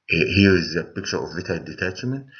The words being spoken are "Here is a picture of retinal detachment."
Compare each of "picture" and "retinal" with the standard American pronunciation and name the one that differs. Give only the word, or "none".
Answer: retinal